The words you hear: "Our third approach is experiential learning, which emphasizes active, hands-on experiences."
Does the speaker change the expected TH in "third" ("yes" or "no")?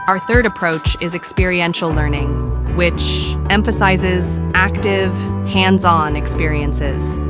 no